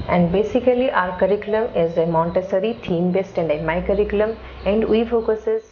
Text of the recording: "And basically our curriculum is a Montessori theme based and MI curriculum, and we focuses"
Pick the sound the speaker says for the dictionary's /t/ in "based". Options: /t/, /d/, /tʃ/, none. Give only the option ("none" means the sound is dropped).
/t/